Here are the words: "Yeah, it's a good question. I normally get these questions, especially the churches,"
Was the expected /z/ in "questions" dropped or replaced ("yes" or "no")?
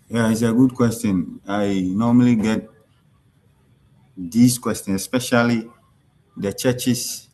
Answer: yes